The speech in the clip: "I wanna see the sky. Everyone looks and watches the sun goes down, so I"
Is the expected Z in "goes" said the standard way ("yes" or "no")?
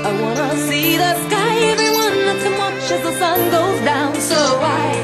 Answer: yes